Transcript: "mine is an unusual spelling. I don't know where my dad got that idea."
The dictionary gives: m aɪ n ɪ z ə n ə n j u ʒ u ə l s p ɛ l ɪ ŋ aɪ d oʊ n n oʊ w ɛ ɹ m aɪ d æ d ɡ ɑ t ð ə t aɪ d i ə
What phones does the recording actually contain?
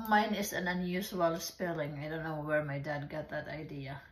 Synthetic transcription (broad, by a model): m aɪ n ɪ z ə n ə n j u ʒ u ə l s p ɛ l ɪ ŋ aɪ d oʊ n n oʊ w ɛ ɹ m aɪ d æ d ɡ ɑ t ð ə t aɪ d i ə